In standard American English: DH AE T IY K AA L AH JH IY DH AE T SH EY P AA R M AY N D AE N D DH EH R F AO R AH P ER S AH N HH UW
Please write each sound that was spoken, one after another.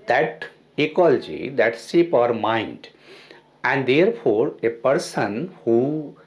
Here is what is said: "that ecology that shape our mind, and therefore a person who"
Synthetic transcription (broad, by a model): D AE T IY K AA L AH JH IY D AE T S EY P AA R M AY N D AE N D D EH R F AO R AH P ER S AH N HH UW